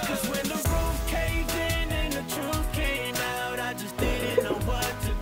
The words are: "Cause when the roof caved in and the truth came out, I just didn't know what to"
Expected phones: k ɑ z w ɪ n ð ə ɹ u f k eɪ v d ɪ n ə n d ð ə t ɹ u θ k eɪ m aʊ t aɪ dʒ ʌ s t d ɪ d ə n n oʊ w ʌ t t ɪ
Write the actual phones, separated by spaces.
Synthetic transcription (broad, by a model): k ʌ z w ɪ n ð ə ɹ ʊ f k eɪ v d ɪ n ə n ð ə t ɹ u f k eɪ m aʊ t aɪ dʒ ʌ s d ɪ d n n oʊ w ʌ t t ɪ